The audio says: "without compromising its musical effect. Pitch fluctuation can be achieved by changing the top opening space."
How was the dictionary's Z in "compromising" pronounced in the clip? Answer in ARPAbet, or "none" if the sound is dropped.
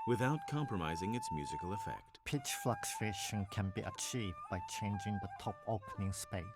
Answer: Z